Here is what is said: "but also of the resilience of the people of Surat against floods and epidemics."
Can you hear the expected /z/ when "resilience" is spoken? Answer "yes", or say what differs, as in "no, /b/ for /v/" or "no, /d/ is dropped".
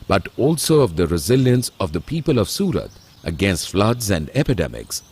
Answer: yes